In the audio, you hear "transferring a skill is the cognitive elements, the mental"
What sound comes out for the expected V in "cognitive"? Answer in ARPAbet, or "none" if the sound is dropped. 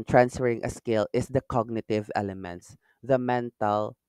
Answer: V